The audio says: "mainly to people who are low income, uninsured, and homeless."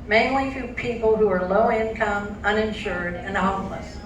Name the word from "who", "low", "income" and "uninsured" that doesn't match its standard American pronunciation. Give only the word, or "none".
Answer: none